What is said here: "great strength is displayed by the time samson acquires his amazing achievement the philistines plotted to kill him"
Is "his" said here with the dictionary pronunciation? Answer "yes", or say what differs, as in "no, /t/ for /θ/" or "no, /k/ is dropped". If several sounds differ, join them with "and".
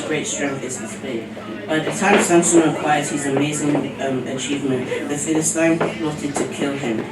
yes